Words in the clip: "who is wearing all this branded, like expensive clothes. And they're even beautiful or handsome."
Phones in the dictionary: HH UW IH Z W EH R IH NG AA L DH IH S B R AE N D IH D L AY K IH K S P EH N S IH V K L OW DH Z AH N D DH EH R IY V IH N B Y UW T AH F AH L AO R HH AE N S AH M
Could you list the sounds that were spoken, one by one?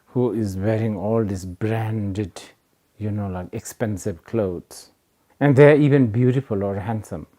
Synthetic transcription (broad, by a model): HH UW IH Z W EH R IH NG AA L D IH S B R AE N D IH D L AY K IH K S P EH N S IH V K L OW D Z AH N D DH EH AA IY V IH N B Y UW T AH F AH L AO R HH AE N S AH M